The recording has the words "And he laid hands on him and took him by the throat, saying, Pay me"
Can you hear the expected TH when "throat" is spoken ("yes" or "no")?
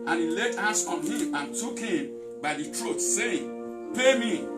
no